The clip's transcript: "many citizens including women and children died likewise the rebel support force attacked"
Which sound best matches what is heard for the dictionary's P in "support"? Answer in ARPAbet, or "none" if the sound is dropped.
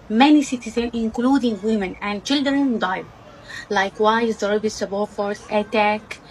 B